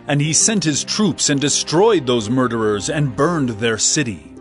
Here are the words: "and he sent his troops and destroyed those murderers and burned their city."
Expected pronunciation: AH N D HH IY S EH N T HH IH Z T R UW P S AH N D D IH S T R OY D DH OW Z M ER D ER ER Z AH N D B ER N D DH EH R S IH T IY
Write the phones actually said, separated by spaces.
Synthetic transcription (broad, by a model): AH N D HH IY S EH N T HH IH Z T R UW P S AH N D D IH S T R OY D DH OW Z M ER D ER ER Z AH N B ER N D DH EH R S IH T IY